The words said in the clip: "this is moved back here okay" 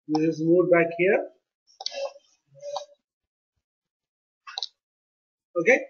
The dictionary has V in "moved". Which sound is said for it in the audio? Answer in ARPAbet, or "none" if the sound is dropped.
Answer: none